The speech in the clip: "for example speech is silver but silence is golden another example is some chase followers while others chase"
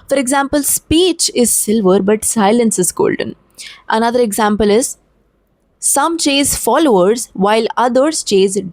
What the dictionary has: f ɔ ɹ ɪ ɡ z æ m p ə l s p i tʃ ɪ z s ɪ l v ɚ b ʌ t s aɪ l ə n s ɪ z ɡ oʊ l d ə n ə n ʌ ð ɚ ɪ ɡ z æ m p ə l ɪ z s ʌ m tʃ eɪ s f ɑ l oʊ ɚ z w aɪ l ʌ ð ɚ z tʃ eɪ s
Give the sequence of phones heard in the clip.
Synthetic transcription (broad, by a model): f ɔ ɹ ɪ ɡ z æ m p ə l s p i tʃ ɪ z s ɪ l v ɚ b ʌ t s aɪ l ə n s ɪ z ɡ oʊ l d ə n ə n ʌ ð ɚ ɪ ɡ z æ m p ə l ɪ z s ʌ m tʃ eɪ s f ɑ l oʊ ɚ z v aɪ l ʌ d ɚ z tʃ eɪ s